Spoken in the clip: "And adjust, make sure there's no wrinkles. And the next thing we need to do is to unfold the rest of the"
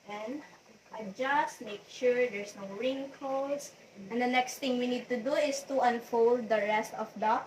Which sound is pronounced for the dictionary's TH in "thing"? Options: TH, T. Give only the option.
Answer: T